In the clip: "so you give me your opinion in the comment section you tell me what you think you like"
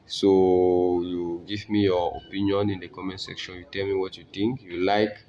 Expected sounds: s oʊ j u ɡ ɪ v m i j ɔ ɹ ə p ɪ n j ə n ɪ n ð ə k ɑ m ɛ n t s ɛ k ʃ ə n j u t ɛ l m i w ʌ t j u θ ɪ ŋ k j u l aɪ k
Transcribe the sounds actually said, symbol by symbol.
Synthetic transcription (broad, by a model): s oʊ j u ɡ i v m i j ɔ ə p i n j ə n ɪ n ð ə k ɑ m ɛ n s ɛ k ʃ ə n j u t ɛ l m i w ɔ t j u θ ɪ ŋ k j u l aɪ k